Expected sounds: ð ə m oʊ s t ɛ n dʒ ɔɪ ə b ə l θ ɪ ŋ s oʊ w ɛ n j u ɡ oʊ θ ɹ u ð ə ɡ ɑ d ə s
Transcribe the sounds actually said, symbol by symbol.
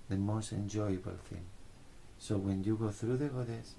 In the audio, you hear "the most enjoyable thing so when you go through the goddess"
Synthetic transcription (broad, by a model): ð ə m oʊ s t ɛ n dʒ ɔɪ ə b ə l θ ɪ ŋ s oʊ w ɛ n j u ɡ oʊ θ ɹ u ð ə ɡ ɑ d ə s